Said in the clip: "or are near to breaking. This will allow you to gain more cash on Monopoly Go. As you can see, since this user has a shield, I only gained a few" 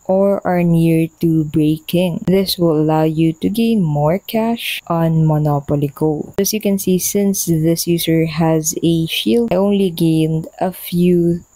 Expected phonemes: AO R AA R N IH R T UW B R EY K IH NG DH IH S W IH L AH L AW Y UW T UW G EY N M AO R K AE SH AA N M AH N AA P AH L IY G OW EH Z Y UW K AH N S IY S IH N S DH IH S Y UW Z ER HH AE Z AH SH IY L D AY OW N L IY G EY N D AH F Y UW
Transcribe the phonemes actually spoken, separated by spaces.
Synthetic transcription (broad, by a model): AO R AA R N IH R T UW B R EY K IH NG DH IH S W IH L AH L AW Y UW T UW G EY N M AO R K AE SH AA N M AH N AA P AH L IY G OW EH S Y UW K AH N S IY S IH N S DH IH S Y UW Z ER HH AE Z AH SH IY L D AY OW N L IY G EY N D AH F Y UW